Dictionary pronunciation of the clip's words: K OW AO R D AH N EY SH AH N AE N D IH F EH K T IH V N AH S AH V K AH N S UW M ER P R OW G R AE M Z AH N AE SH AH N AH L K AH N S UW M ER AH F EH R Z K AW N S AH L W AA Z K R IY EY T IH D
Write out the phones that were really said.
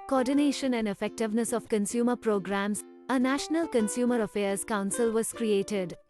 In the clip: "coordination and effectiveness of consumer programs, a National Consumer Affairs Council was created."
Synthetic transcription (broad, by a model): K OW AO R D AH N EY SH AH N AE N D IH F EH K T IH V N AH S AH V K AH N S UW M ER P R OW G R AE M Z AH N AE SH AH N AH L K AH N S UW M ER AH F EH R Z K AW N S AH L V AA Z K R IY EY T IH D